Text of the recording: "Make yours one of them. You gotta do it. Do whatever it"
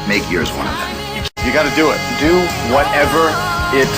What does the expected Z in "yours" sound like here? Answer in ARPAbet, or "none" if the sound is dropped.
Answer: Z